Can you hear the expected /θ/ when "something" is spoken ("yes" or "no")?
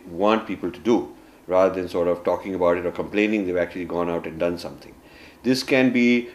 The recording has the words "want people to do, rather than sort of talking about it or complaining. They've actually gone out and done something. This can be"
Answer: no